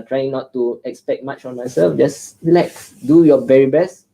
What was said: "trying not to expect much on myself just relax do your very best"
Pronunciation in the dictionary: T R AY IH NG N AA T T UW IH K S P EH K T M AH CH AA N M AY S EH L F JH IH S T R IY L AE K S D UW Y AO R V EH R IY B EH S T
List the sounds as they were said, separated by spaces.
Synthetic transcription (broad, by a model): T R AY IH NG N AA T T UW IH K S P EH K T M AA CH AA N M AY S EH L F JH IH S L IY IH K D UW Y AO V EH R IY B EH S T